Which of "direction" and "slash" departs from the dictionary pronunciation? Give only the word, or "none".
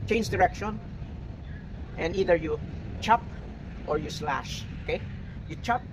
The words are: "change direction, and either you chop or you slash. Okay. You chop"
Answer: none